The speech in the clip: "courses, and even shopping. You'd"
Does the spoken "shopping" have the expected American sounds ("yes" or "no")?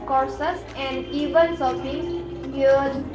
no